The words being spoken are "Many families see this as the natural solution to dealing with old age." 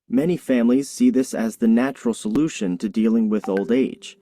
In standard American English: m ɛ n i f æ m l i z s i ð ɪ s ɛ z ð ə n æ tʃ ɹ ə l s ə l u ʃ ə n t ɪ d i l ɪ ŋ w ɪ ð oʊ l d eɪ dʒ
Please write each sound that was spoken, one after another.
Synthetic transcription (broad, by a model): m ɛ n i f æ m l i z s i ð ɪ s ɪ z ð ə n æ tʃ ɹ l s ə l u ʃ ə n t ɪ d i l ɪ ŋ w ɪ ð oʊ l d eɪ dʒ